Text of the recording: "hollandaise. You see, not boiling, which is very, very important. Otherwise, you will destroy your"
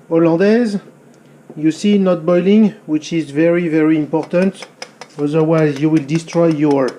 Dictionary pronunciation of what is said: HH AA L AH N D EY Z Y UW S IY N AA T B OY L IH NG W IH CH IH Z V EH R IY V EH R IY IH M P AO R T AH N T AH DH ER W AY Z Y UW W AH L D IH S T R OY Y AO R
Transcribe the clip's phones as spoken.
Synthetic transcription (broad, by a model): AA L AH D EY Z Y UW S IY N AA T B OY L IH NG W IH CH IH Z V EH R IY V EH R IY IH M P AO R T AH N T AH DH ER W AY Z Y UW W AH L D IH S T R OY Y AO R